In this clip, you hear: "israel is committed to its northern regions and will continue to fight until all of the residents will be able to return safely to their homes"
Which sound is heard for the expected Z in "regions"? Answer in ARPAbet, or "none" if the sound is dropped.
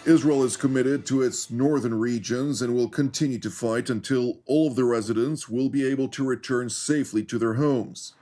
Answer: Z